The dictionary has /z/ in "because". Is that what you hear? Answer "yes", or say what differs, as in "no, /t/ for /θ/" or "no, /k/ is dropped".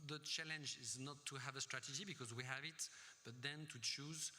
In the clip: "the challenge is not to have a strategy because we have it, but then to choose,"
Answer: yes